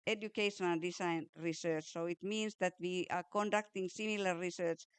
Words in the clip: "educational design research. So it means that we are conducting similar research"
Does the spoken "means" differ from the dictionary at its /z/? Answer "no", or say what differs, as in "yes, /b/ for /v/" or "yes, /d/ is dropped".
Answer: yes, /s/ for /z/